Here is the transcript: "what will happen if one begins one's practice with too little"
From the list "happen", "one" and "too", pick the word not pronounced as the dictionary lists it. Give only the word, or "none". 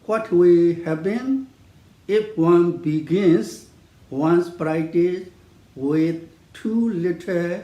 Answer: happen